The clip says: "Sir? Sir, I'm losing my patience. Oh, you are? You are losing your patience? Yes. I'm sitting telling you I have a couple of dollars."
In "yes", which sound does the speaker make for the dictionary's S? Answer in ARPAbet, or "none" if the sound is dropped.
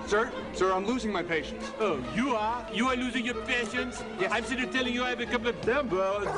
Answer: none